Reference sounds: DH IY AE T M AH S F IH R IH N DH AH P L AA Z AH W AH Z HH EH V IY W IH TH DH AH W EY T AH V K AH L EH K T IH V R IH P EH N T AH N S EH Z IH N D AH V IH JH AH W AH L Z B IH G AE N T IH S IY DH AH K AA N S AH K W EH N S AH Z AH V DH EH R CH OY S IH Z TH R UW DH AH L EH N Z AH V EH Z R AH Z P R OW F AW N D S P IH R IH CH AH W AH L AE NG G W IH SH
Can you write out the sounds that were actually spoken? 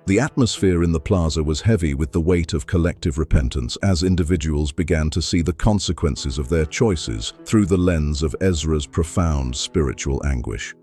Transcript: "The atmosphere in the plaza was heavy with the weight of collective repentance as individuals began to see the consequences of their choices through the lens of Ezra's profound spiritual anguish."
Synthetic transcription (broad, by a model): DH IY AE T M AH S F IH R IH N DH AH P L AA Z AH W AH Z HH EH V IY W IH DH AH W EY T AH V K AH L EH K T IH V R IH P EH N T AH N S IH Z IH N D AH V IH JH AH W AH L Z B IH G AE N T IH S IY DH AH K AA N S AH K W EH N S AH Z AH V DH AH R CH OY S IH Z TH R UW DH AH L EH N Z AH V EH Z R AH Z P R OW F AW N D S P IH R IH CH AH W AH L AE NG G W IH SH